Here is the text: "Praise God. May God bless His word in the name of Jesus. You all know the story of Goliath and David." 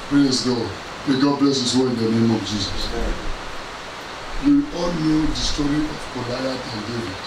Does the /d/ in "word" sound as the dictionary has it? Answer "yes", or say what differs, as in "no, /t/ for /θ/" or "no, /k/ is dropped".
no, /d/ is dropped